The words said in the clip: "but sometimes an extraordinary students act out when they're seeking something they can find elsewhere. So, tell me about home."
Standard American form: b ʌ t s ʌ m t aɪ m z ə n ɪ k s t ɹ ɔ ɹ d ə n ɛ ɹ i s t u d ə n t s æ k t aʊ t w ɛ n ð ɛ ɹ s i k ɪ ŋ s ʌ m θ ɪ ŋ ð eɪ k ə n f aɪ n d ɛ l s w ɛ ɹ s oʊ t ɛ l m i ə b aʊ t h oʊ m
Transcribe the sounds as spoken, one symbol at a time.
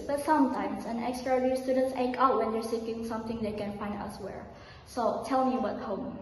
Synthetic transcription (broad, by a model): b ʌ t s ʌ m t aɪ m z ə n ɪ k s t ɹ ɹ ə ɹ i s t u d ə n t s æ k aʊ t w ɛ n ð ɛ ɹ s i k ɪ ŋ s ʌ m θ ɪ ŋ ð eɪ k ə n f aɪ n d ɛ l s w ɛ ɹ s oʊ t ɛ l m i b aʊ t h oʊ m